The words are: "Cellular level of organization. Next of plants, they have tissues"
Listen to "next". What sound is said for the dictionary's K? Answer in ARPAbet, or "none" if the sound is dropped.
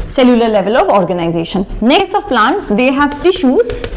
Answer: none